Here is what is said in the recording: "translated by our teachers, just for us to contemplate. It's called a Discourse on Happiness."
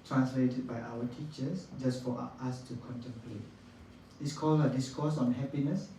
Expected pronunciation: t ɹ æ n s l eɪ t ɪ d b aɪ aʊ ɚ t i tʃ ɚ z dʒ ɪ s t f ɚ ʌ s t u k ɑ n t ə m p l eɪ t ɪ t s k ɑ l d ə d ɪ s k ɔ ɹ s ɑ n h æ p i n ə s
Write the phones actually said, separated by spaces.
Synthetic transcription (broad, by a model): t ɹ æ n s l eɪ t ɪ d b aɪ aʊ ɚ t i tʃ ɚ s dʒ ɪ s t f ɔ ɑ s t u k ɑ n t ə m p l eɪ t ɪ t s k ɑ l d ə d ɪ s k ɔ s ɑ n h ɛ p i n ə s